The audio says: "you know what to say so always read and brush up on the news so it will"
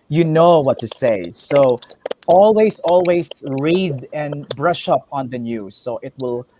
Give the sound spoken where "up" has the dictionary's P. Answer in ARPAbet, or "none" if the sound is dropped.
P